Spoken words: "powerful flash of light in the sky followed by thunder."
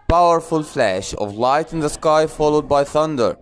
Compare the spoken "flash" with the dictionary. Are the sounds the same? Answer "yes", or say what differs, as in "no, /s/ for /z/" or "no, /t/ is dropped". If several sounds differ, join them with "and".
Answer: yes